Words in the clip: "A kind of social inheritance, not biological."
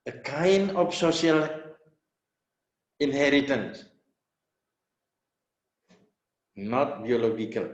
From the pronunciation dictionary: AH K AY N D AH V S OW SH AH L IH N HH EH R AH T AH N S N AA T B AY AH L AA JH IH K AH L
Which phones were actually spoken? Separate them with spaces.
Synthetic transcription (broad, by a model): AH K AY N AH F S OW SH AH L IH N HH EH R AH T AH N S N AA T B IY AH L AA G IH K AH L